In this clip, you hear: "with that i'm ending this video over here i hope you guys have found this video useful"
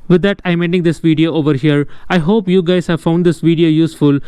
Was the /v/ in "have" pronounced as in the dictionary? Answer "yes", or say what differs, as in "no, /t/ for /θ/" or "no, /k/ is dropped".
yes